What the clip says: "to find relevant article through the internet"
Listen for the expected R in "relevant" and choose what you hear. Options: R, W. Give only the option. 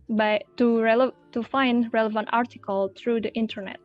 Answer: R